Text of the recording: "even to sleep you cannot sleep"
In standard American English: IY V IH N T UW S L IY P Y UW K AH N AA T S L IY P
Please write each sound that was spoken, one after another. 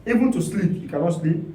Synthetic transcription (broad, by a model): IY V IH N T UW S L IY P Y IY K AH L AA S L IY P